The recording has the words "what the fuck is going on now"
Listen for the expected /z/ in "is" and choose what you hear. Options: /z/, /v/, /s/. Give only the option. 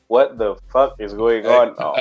/z/